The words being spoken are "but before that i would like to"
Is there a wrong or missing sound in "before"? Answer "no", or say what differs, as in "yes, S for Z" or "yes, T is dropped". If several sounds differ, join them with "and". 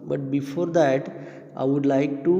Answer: no